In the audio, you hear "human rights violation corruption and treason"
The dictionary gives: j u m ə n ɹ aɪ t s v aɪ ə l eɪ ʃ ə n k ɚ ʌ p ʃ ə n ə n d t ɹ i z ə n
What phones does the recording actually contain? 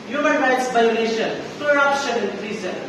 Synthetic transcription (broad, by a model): j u m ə n ɹ aɪ t s b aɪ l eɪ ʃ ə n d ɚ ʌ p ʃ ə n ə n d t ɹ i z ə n